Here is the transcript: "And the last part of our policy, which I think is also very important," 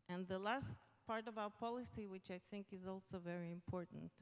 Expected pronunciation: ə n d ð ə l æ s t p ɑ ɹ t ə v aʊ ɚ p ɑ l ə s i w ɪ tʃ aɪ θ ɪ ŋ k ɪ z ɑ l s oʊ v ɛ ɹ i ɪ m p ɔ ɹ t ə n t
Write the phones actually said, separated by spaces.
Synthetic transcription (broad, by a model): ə n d ð ə l æ s t p ɑ ɹ t ə v aʊ ɚ p ɑ l ə s i w ɪ tʃ aɪ θ ɪ ŋ k ɪ z ɑ l s oʊ v ɛ ɹ i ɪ m p ɔ ɹ t n t